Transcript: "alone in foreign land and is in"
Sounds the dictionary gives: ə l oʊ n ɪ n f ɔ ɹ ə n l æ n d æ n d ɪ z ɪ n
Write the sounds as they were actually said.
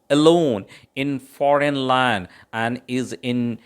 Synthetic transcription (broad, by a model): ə l oʊ n ɪ n f ɔ ɹ ə n l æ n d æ n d ɪ z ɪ n